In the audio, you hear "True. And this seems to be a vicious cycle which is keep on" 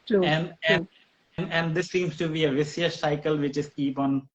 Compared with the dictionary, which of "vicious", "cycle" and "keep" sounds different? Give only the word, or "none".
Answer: vicious